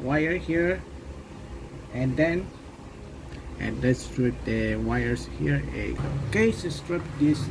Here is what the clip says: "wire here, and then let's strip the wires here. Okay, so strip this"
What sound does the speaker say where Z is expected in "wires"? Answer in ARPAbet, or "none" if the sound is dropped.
S